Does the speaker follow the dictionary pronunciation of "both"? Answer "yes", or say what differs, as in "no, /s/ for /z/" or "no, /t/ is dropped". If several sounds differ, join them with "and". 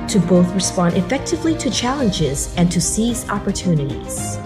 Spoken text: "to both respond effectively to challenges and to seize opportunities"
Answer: yes